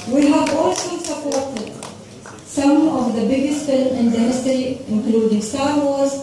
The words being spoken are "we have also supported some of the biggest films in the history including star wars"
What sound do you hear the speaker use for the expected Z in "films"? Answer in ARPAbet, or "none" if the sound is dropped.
none